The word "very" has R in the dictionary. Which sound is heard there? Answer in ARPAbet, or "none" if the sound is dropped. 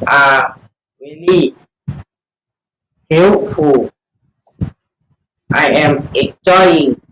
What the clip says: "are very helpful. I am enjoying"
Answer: L